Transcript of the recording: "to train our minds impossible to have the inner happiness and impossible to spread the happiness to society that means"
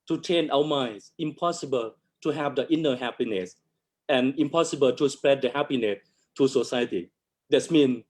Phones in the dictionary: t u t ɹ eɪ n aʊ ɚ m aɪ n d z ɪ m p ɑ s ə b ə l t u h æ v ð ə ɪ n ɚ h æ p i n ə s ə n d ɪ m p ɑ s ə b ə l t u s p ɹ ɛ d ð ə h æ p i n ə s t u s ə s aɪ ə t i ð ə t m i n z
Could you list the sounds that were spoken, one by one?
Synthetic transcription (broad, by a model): t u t eɪ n aʊ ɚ m aɪ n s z ɪ m p ɑ s ə b ə l t u h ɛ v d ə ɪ n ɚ h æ p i n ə s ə n ɪ m p ɑ s ə b ə l t u s p ɹ ɛ d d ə h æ p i n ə s t u s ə s aɪ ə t i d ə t m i n